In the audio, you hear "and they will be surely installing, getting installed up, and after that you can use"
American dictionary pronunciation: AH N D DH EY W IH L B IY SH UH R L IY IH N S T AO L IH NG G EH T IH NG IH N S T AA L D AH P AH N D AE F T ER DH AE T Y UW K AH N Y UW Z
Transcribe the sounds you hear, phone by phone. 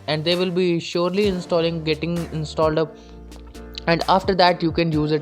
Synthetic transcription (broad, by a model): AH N D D EY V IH L B IY SH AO R L IY IH N S T AO L IH NG G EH T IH NG IH N S T AA L D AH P AH N D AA F T ER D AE T Y UW K AH N Y UW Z